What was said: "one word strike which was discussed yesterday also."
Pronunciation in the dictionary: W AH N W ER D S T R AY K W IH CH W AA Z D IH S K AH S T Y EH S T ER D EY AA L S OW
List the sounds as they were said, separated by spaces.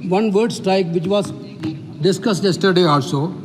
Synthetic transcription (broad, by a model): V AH N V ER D S T R AY K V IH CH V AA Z D IH S K AH S T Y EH S T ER D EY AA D S OW